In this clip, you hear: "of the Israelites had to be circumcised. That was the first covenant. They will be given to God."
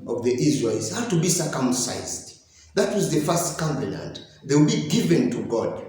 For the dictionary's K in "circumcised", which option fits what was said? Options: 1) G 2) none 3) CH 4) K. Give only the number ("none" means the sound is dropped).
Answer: 4